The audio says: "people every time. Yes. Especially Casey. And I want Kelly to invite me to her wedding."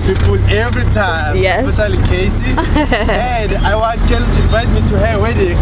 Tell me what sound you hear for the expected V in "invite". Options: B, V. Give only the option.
V